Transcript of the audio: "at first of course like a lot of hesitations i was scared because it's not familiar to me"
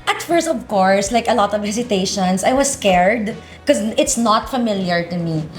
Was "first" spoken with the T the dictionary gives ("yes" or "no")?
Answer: no